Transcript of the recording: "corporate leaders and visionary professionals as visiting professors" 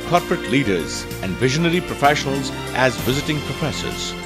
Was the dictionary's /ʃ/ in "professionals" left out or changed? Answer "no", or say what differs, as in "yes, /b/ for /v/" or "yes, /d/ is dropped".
no